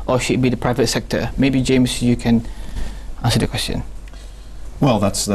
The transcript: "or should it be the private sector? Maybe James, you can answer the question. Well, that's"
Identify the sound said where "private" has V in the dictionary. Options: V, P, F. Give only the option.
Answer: V